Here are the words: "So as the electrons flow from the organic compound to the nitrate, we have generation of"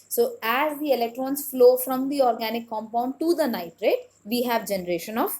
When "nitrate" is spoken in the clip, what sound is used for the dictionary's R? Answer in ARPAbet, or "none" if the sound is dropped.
R